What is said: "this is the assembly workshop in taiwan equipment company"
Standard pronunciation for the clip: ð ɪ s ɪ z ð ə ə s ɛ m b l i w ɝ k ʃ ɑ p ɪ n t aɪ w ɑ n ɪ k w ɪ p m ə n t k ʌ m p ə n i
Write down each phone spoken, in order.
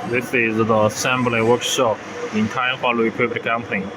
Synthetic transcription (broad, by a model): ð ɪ s ɪ z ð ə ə s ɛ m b l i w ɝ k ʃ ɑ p ɪ n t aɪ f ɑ l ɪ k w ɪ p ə t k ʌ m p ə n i